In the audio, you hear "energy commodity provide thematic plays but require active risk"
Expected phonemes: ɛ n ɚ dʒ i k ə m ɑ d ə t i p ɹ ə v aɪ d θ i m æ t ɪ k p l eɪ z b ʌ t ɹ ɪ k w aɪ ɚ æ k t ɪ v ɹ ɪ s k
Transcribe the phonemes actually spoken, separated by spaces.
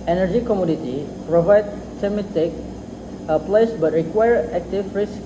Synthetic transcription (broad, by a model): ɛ n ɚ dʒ i k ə m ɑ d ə t i p ɹ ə v aɪ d s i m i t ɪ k p l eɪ s b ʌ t ɹ ɪ k w aɪ ɚ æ k t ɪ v ɹ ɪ s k